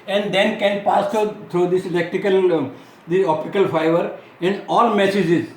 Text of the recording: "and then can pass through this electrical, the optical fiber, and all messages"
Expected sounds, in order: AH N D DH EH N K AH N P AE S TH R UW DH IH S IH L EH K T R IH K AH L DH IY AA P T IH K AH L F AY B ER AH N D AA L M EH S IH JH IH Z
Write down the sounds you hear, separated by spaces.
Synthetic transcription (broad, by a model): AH N D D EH N K AH N P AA S T R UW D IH S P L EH K T IH K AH L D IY AA P T IH K AH L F AY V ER AH N D AA L M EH S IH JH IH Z